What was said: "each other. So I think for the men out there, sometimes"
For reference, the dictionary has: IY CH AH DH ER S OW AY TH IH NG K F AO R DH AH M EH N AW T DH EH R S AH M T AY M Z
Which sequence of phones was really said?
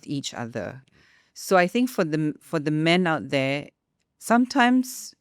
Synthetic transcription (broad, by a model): IY CH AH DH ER S OW AY TH IH NG K F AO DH DH AH M EH N AW T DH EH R S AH M T AY M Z